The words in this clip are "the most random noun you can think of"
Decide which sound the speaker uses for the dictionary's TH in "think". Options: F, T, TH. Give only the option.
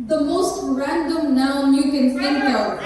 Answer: T